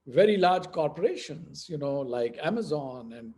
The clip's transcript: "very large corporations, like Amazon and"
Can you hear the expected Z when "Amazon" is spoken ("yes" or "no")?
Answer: yes